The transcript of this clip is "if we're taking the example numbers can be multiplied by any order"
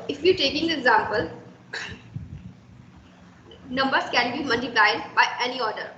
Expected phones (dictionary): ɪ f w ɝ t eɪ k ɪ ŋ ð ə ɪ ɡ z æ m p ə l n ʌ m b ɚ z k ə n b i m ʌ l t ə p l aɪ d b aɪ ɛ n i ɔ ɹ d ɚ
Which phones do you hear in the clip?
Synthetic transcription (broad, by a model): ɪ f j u t eɪ k ɪ ŋ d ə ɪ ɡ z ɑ m p ə l n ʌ m b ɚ s k ə n b i m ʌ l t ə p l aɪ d b aɪ ɛ n i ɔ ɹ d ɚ